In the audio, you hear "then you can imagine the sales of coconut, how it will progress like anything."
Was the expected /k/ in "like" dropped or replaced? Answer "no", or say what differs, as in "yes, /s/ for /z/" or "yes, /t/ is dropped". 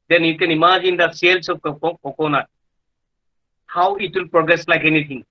no